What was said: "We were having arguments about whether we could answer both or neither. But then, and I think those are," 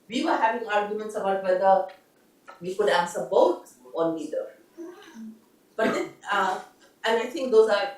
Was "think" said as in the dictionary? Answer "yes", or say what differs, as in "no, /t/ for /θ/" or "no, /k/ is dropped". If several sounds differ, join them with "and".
no, /t/ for /θ/